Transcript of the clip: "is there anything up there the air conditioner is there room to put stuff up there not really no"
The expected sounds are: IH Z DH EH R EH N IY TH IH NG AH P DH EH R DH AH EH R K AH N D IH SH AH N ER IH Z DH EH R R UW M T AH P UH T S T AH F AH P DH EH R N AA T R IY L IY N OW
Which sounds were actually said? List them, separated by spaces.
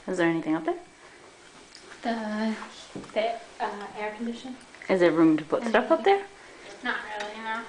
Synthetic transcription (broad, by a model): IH Z DH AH R EH N IY TH IH NG AH P DH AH R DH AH EH R K N D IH SH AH N IH Z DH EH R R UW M T AH P UH T S T AH F AH P DH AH R N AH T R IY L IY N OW